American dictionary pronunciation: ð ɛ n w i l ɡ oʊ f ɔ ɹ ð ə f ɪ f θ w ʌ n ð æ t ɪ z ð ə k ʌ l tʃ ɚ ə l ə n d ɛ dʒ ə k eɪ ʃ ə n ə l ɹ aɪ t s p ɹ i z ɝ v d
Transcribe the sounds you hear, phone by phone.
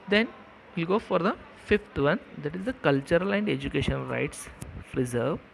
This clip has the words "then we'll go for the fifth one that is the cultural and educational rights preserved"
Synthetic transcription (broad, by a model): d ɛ n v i l ɡ oʊ f ɔ ɹ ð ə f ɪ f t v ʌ n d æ t ɪ z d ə k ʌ l tʃ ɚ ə l ə n d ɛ dʒ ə k eɪ ʃ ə n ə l ɹ aɪ t s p ɹ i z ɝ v